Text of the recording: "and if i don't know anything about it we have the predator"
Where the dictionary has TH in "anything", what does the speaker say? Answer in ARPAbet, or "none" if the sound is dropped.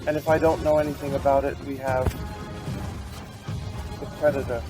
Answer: TH